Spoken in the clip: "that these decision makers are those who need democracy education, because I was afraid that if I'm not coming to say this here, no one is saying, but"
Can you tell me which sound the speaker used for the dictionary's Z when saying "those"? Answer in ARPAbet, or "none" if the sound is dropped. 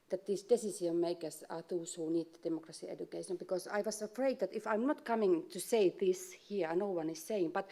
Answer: S